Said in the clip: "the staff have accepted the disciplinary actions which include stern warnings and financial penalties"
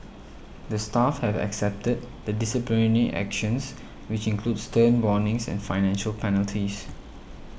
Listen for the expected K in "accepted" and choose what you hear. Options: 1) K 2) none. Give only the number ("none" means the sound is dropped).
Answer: 1